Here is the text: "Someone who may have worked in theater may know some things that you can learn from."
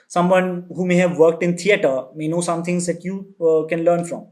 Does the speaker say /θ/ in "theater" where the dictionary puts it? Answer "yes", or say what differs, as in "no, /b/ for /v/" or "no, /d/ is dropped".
no, /t/ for /θ/